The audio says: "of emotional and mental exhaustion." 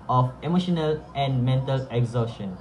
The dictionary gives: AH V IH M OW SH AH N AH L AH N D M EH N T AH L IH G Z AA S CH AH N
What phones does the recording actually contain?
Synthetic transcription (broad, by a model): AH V IH M OW SH AH N AH L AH N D M EH N T AH L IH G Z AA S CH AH N